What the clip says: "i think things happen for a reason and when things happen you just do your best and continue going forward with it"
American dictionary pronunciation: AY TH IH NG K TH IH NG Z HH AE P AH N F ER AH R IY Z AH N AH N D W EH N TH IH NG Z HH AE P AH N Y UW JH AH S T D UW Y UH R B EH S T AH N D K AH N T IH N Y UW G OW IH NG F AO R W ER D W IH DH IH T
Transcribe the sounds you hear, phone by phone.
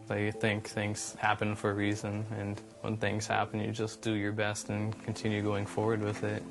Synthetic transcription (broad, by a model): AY TH IH NG K TH IH NG Z HH AE P AH N F ER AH R IY Z AH N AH N W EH N TH IH NG Z HH AE P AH N Y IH JH AH S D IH Y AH R B EH S T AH N K N T IH N Y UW G OW IH NG F AO R W ER D W IH DH IH T